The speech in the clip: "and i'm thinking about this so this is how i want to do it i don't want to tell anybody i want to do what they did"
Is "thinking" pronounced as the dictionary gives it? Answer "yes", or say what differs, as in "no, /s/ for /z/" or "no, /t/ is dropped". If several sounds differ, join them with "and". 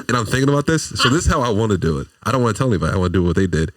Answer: yes